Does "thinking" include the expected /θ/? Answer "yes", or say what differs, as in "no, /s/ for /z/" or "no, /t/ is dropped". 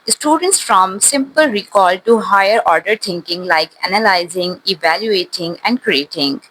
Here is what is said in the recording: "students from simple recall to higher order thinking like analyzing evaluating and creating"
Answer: no, /t/ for /θ/